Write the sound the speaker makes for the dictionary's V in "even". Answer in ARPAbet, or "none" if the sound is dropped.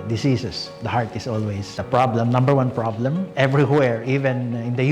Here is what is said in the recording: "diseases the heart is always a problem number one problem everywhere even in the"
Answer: V